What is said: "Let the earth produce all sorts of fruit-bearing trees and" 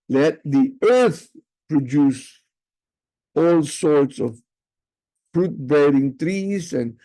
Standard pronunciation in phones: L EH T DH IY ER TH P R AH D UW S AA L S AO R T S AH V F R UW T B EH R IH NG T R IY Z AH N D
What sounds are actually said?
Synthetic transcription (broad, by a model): L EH T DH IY ER TH P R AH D UW S AA L S AO R T S AH V F R UW T B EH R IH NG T R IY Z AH N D